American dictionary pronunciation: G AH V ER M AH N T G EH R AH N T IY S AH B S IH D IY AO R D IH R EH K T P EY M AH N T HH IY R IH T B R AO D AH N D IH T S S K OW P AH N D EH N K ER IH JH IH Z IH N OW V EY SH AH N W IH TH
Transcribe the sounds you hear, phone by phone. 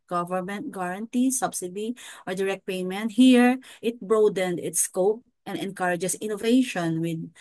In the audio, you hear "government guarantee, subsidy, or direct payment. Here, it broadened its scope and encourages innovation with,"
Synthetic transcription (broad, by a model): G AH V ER M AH N T G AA R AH N T IY S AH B S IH D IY AO R D IH R EH K T P EY M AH N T HH IY R IH T B R AO D AH N D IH T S S K OW P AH N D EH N K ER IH JH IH S IH N OW V EY SH AH N W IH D